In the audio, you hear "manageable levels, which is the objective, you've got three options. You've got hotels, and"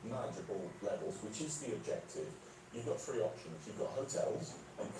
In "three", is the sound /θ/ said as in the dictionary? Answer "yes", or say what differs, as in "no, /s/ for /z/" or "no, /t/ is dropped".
no, /f/ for /θ/